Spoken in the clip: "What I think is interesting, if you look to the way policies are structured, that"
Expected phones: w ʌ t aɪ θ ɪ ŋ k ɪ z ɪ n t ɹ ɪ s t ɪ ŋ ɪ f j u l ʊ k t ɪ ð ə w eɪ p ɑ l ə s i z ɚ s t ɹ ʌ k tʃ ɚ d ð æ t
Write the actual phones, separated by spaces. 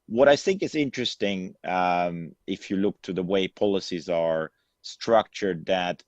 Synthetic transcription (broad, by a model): w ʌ t aɪ θ ɪ ŋ k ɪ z ɪ n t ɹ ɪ s t ɪ ŋ ɪ f j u l ʊ k t ɪ ð ə w eɪ p ɑ l ə s i z ɚ s t ɹ ʌ k tʃ ɚ d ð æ t